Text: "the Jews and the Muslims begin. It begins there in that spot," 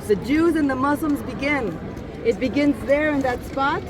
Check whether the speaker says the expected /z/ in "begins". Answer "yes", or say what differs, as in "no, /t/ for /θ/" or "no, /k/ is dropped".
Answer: yes